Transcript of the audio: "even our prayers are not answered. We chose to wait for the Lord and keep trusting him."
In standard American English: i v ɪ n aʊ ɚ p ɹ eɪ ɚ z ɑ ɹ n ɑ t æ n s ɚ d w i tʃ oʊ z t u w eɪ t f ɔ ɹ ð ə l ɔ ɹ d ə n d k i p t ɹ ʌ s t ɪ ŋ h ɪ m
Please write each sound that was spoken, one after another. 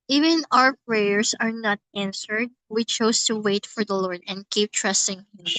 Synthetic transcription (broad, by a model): i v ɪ n aʊ ɚ p ɹ eɪ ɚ s ɑ ɹ n ɑ t æ n s ɚ d w i tʃ oʊ s t u w eɪ t f ɔ ɹ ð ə l ɔ ɹ d ə n d k i p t ɹ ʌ s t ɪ ŋ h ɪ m